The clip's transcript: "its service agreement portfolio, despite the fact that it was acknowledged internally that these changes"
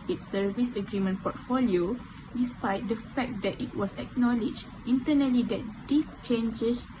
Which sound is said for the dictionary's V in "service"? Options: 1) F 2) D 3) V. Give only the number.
3